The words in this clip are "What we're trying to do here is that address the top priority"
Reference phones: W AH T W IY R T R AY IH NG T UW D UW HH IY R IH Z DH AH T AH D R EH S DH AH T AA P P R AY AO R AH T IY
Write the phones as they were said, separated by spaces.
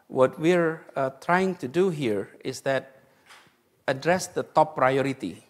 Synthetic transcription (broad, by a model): W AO T W IY R T R AY IH NG T UW D UW HH IY R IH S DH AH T AH D R EH S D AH T AA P P R AY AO R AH T IY